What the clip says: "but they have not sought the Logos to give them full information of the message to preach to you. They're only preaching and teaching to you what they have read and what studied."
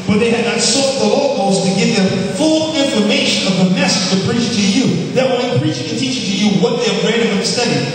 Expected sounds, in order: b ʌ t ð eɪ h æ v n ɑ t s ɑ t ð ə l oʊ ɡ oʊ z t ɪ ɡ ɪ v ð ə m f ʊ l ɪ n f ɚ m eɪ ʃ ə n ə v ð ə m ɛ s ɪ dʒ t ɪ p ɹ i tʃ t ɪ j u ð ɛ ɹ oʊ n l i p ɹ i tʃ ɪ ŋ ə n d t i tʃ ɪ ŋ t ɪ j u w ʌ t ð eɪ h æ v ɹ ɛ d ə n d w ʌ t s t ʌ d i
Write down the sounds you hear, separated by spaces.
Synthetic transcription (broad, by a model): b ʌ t ð eɪ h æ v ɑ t s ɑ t ð ə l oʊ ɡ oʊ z t ɪ ɡ ɪ v ð ə m f ʊ l ɪ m f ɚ m eɪ ʃ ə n ə v ð ə m ɛ s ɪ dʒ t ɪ p ɹ i tʃ t ɪ j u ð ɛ w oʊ l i p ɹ i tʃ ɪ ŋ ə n t i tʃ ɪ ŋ t ɪ j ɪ w ʌ t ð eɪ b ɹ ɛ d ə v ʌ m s t ʌ d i